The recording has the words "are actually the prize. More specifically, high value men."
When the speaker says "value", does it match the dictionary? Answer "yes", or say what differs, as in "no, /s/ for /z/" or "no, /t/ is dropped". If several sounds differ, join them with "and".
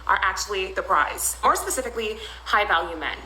yes